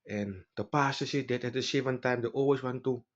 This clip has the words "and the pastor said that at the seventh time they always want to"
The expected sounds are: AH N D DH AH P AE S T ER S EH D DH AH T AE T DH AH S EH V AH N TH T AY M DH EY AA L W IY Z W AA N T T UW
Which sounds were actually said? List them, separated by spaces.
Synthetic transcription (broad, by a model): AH N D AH P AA S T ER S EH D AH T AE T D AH S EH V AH N T AY M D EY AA L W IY S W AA N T T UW